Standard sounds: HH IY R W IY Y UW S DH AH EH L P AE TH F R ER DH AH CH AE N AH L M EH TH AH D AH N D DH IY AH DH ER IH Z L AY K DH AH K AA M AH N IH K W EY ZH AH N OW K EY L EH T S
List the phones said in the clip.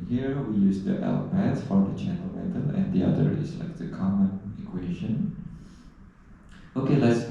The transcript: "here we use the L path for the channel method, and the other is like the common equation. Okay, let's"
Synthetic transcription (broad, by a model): HH IY R W IY Y UW S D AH EH L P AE S F R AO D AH CH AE N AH L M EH T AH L AH N D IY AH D ER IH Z L AY K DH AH K AA M AH N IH K W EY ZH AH N OW K EY L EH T S